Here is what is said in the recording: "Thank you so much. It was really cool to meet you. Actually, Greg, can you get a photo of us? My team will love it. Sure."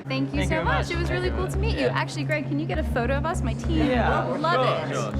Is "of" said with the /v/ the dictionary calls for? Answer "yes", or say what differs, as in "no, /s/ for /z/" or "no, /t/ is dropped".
yes